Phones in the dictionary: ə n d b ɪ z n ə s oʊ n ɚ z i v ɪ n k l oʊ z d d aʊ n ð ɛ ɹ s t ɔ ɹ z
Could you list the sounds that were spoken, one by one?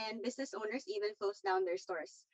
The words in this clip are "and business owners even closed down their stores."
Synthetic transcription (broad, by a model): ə n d b ɪ s n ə s oʊ n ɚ s i v ɪ n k l oʊ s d d aʊ n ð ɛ ɹ s t ɔ ɹ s